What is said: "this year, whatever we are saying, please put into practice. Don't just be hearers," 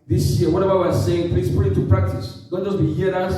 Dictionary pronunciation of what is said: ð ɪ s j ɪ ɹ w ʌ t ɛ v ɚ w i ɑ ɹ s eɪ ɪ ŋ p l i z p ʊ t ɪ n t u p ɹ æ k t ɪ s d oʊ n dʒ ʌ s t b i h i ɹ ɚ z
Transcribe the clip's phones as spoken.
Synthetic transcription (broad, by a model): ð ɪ s j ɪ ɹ w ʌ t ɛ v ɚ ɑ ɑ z s eɪ ɪ ŋ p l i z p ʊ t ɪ t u p ɹ æ k t ɪ s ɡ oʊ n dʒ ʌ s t b i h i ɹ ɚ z